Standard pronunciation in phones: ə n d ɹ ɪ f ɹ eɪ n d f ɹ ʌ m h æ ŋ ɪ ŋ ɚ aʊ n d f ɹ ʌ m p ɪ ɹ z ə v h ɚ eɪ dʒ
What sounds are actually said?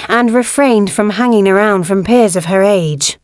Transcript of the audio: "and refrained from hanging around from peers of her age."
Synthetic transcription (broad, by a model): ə n ɹ ɪ f ɹ eɪ n d f ɹ ʌ m h æ ŋ ɪ ŋ ɚ aʊ n d f ɹ ʌ m p ɪ ɹ z ə v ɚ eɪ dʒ